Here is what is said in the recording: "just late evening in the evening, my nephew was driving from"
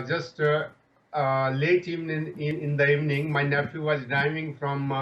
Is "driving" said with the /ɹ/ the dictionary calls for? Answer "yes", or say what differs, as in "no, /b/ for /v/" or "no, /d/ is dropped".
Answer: no, /ɹ/ is dropped